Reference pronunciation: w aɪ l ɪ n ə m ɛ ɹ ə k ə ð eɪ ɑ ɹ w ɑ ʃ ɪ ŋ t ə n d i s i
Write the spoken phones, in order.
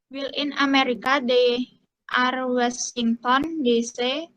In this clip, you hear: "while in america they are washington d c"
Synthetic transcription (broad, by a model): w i l ɪ n ə m ɛ ɹ ə k ə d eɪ ɑ ɹ w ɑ s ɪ ŋ t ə n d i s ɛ